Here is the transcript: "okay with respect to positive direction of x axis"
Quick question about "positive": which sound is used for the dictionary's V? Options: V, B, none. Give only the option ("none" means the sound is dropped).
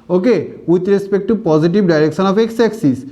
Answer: B